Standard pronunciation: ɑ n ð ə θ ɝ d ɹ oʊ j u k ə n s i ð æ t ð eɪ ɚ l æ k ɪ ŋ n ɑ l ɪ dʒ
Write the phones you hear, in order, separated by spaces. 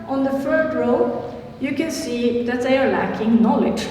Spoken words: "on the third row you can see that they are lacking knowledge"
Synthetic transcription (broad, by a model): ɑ n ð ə f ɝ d ɹ oʊ j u k ə n s i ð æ t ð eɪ ɚ l æ k ɪ ŋ n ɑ l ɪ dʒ